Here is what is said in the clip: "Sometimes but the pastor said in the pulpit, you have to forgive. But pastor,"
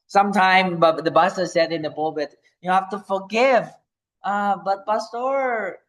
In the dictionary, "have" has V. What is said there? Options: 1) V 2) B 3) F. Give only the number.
3